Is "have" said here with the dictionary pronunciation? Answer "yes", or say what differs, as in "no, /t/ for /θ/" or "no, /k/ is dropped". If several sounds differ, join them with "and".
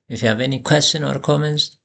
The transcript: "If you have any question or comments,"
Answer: yes